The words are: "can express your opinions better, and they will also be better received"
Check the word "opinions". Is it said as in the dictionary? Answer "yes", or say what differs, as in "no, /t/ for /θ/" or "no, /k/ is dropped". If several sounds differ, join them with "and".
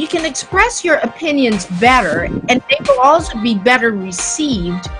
yes